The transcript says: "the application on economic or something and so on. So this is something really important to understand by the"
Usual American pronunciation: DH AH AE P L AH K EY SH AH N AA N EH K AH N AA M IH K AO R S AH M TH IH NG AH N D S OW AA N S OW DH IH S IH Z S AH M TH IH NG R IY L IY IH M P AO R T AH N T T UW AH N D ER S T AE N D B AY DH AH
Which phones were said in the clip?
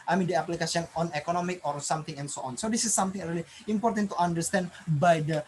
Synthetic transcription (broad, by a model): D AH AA P L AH K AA S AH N AA N EH K AH N AA M IH K AO R S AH M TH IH NG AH N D S OW AA N S OW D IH S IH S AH M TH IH NG R IY L IY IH M P AO R T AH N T T UW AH N D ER S T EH N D B AY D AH